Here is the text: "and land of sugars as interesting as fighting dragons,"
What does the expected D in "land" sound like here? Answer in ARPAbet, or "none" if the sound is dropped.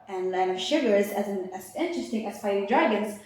none